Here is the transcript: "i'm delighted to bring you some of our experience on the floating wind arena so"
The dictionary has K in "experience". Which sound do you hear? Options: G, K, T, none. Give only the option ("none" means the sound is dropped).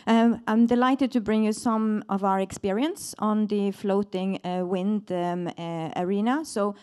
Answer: K